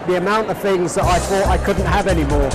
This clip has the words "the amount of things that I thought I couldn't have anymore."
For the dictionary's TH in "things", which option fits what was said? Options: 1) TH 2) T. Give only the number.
1